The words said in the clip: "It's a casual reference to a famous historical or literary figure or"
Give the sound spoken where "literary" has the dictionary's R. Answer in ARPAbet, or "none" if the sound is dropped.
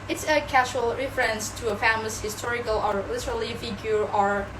L